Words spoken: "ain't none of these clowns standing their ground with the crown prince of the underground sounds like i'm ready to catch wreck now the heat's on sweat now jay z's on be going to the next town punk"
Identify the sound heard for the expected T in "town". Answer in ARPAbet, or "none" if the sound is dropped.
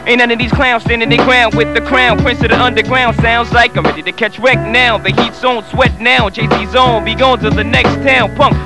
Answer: T